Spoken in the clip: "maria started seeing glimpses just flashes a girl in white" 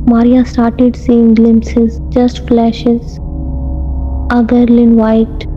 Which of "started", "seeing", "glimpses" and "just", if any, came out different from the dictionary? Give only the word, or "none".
none